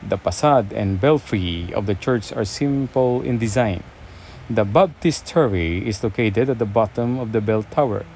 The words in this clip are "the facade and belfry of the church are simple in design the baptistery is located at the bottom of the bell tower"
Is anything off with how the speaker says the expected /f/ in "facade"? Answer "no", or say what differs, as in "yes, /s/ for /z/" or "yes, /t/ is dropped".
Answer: yes, /p/ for /f/